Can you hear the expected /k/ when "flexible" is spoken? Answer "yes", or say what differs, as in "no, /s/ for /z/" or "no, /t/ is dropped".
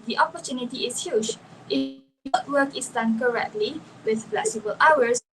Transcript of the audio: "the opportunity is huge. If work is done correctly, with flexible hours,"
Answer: no, /k/ is dropped